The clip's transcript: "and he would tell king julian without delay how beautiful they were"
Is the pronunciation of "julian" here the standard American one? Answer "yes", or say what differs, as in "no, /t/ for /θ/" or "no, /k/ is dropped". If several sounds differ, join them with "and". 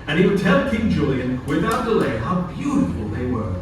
yes